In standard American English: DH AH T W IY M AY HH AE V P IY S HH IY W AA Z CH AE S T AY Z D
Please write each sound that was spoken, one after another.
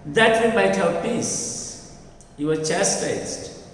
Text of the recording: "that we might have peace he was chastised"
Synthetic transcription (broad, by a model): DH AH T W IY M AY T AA W P IY S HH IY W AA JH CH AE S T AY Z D